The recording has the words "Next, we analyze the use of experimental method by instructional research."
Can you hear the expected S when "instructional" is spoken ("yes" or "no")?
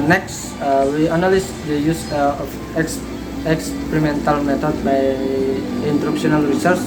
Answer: no